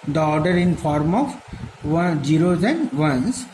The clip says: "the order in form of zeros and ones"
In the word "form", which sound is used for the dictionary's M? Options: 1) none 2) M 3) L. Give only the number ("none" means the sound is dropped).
2